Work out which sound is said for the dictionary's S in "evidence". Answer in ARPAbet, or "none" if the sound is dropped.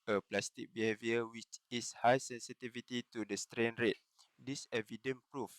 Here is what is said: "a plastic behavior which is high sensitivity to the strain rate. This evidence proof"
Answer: none